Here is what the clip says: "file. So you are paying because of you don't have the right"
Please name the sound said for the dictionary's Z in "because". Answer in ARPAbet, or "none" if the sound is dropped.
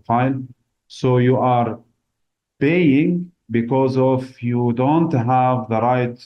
Z